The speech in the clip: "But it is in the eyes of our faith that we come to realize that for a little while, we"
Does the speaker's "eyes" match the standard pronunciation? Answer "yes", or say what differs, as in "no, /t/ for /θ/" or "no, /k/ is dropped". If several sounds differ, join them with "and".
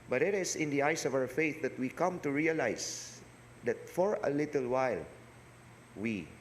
no, /s/ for /z/